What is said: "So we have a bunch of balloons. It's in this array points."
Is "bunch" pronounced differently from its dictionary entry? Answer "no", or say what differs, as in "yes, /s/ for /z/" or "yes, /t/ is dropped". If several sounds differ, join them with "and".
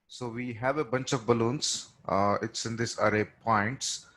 no